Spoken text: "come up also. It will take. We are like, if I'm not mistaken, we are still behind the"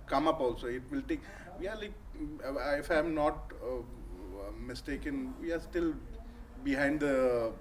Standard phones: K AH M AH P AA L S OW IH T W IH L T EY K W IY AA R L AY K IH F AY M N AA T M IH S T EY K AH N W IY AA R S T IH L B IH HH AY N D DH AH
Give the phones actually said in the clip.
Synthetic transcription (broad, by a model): K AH M AH P AA L S OW IH T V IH L T EY K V IY AA R L AY K IH F AY M N AA T M IH S T EY K AH N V IY AA R S T IH L B IH HH AY N D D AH